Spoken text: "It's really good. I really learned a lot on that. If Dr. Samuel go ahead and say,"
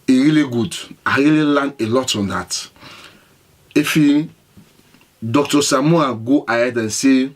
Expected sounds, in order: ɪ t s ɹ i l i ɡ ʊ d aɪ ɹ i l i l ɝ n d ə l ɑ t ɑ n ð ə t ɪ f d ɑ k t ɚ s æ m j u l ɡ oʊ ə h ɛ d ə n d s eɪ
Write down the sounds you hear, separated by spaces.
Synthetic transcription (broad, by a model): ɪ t ɹ i l i ɡ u d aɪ ɹ i l i l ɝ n ə l ɑ t ɑ n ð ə t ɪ f d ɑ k t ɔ s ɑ m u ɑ ɡ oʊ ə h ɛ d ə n s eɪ